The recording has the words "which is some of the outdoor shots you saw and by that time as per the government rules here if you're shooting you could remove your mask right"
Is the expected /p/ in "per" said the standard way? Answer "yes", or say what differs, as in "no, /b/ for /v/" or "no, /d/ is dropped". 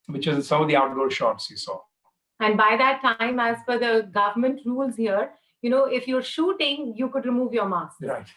no, /f/ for /p/